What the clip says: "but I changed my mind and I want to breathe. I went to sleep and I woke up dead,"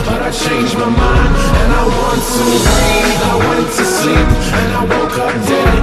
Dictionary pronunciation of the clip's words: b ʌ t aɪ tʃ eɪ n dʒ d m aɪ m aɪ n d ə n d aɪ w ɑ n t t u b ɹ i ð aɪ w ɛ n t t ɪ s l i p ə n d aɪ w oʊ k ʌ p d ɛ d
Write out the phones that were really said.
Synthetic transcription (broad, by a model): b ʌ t aɪ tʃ eɪ n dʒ m aɪ m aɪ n ə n aɪ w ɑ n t t u aɪ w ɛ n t t ɪ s i ə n aɪ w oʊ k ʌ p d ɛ